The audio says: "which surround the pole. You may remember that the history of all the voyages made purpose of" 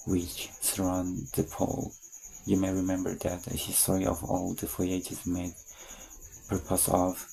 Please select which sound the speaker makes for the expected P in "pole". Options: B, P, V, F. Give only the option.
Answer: P